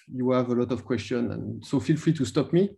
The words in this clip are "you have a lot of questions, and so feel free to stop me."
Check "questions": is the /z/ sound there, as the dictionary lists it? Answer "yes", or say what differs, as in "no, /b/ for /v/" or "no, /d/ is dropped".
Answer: no, /z/ is dropped